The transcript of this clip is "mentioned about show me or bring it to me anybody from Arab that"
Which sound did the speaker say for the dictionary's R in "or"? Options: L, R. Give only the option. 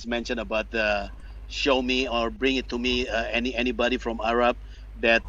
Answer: R